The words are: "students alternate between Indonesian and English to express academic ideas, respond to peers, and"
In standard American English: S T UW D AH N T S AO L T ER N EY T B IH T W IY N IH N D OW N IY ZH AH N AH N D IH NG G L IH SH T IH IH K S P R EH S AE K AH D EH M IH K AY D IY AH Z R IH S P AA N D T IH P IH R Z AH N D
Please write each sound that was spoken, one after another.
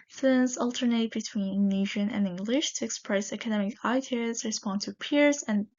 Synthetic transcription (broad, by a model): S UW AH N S AO L T ER N EY T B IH T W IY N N N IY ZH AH N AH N IH NG G L IH SH T IH IH K S P R EH S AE K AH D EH M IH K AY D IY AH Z R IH S P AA N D T IH P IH R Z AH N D